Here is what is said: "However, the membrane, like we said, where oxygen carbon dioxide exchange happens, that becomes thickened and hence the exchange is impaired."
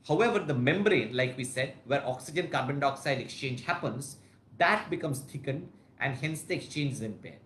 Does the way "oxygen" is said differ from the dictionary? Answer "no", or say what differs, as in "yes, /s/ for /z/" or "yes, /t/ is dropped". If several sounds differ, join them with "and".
no